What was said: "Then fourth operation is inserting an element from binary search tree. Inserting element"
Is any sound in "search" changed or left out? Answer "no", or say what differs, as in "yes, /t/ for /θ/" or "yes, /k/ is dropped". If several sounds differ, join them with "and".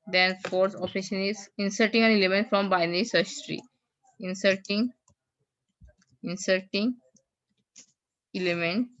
yes, /s/ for /tʃ/